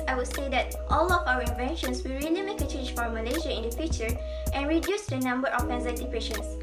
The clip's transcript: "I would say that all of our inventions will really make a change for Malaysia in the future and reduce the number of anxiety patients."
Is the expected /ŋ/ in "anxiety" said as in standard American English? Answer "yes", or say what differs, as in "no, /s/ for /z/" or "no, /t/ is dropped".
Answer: no, /ŋ/ is dropped